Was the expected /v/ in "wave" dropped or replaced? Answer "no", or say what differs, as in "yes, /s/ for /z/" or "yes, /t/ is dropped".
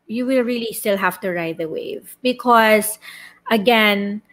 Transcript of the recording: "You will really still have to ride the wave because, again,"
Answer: no